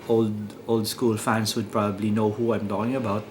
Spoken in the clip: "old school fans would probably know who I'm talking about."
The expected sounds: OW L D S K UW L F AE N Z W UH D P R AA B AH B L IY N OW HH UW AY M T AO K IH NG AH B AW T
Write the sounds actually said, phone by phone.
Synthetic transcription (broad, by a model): OW L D S K UW L F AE N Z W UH D P R AA B AH B L IY N OW HH UW AY M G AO IH NG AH B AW T